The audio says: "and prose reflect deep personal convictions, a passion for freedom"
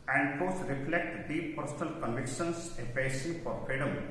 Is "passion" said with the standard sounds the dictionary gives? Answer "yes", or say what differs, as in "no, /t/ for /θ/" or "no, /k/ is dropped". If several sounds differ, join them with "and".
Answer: no, /s/ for /ʃ/